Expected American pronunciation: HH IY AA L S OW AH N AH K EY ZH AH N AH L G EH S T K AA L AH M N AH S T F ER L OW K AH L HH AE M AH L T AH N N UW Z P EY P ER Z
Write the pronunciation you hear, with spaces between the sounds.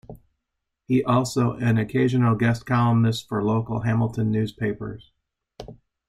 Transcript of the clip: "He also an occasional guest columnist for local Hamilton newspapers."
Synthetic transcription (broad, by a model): HH IY AA L S OW AH N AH K EY ZH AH N L G EH S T K AA L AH M AH S T F ER L OW K L HH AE M L T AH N N UW Z P EY P ER Z